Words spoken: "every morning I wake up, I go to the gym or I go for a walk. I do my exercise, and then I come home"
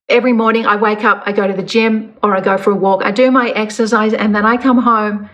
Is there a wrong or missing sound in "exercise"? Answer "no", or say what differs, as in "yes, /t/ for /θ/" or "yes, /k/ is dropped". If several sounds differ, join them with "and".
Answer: no